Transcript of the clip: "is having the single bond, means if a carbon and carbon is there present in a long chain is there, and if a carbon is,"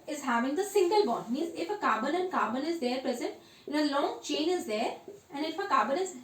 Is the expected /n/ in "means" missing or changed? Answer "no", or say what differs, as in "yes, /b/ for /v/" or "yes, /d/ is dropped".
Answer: yes, /n/ is dropped